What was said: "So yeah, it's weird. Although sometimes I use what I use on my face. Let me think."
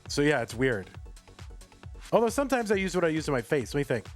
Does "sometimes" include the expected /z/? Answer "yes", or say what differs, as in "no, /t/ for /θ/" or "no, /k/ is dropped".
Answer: yes